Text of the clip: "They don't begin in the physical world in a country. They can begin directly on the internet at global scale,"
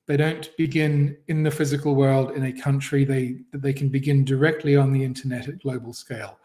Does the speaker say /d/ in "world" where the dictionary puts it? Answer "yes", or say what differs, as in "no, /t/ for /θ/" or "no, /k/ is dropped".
yes